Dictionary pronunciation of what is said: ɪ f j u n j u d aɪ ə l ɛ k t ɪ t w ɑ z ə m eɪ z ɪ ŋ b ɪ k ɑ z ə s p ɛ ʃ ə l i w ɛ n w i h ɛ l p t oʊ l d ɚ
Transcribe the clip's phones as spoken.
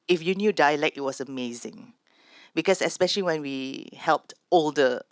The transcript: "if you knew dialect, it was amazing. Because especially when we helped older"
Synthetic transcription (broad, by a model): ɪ f j u n j u d aɪ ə l ɛ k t ɪ t w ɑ s ə m eɪ z ɪ ŋ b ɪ k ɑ s ə s p ɛ ʃ ə l i w ɛ n w i h ɛ l p t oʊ l d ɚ